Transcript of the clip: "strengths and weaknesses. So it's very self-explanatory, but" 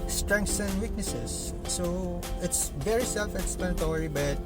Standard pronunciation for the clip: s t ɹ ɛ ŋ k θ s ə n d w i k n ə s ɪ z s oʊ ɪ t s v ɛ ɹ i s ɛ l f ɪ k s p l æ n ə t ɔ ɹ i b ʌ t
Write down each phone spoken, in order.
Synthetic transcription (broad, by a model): s t ɹ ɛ ŋ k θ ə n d w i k n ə s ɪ s oʊ ɪ t s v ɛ ɹ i s ɛ l f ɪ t s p ɛ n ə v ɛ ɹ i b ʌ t